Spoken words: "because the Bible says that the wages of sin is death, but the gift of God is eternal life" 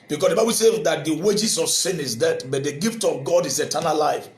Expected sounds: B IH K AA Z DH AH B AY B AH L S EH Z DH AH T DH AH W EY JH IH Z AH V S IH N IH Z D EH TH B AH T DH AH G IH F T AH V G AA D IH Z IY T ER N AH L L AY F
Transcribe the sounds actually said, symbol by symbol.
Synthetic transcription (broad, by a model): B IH K AA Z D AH B AY B AH L S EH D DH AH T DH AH W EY JH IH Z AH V S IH N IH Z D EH T B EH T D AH G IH F T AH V G AA D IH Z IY T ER N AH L L AY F